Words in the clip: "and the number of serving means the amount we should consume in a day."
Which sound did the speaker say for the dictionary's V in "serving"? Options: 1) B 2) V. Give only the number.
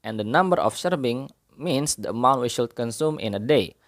1